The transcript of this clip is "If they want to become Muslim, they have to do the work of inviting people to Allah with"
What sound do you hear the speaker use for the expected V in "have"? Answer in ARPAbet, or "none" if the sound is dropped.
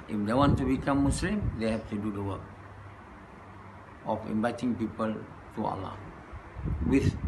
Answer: F